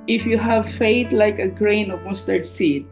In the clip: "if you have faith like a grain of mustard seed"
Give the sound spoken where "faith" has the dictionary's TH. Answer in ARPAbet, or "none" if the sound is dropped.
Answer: T